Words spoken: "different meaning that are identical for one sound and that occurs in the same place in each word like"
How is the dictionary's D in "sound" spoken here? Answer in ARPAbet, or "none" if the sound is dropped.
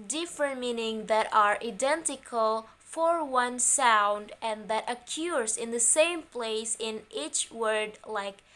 D